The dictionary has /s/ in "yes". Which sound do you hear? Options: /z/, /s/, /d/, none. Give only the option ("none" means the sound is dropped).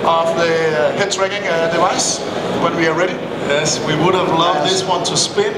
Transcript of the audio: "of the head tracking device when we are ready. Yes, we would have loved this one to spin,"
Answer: /s/